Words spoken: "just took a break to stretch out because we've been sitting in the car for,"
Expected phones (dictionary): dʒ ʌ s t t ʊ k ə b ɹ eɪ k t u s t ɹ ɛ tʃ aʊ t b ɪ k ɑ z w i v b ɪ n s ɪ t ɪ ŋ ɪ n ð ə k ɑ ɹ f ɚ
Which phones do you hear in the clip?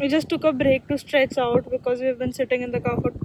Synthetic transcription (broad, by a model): dʒ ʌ s t t ʊ k ə b ɹ eɪ k t u s t ɹ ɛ s aʊ t b ɪ k ɑ z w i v b ɪ n s ɪ t ɪ ŋ ɪ n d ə k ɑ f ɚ